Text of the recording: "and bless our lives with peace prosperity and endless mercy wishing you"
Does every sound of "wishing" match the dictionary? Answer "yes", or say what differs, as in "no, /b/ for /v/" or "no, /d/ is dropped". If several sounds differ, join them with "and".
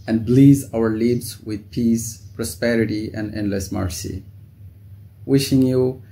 yes